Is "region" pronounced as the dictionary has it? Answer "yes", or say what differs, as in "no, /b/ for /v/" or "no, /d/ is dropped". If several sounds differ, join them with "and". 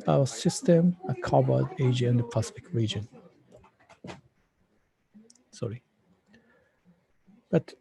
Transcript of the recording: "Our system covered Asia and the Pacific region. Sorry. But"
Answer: yes